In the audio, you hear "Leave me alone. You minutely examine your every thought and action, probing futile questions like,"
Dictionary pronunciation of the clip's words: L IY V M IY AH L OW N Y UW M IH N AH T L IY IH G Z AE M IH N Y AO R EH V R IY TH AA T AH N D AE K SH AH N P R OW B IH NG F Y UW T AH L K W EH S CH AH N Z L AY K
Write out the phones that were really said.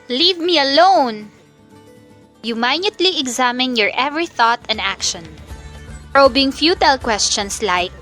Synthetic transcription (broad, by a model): L IY V M IY AH L OW N Y UW M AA N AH T L IY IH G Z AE M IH N Y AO R EH V R IY TH AA T AH N D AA K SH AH N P R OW B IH NG F Y UW T AH L K W EH S CH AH N S L AY K